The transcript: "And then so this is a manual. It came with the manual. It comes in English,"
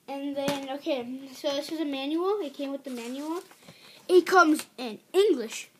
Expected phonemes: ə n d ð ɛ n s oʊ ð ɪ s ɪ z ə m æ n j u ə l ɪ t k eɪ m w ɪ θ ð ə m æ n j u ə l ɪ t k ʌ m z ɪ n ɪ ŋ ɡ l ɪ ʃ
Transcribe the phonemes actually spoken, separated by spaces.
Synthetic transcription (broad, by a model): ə n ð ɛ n s oʊ ð ɪ s ɪ z ə m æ n j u l ɪ t k eɪ m w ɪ ð ə m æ n j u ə l ɪ t k ʌ m z ɪ n ɪ ŋ ɡ l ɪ ʃ